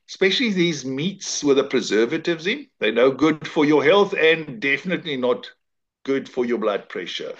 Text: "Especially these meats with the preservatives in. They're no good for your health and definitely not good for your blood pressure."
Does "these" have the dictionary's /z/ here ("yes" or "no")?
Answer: yes